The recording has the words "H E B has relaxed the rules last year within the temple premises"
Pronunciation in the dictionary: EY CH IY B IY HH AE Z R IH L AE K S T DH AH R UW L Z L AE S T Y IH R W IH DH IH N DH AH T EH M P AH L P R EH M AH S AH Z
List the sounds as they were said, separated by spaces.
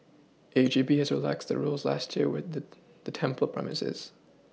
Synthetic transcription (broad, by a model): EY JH IY B IY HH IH Z R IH L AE K S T DH AH R UW L Z L AE S T Y IH R W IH DH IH DH AH T EH M P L P R EH M AH S AH Z